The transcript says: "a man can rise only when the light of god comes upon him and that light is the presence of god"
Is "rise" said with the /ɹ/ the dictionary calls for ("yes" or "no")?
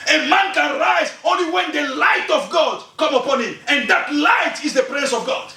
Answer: yes